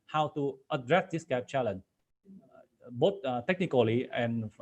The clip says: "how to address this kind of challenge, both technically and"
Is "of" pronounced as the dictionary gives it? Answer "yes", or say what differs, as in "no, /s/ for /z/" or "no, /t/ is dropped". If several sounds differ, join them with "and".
no, /p/ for /v/